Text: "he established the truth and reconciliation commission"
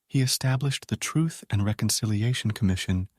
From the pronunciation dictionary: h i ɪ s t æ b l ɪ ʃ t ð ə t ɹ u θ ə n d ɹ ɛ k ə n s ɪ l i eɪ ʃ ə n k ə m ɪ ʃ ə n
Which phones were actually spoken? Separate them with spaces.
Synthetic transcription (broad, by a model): h i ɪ s t æ b l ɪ ʃ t ð ə t ɹ u θ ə n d ɹ ɛ k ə n s ɪ l i eɪ ʃ n k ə m ɪ ʃ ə n